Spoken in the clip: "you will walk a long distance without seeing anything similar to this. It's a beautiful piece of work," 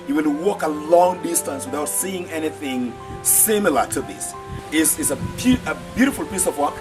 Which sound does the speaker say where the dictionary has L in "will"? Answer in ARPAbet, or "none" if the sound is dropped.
N